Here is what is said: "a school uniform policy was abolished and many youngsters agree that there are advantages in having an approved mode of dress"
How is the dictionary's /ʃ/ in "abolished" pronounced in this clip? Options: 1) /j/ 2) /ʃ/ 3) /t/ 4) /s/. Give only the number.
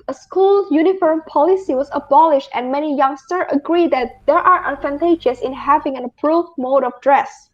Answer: 2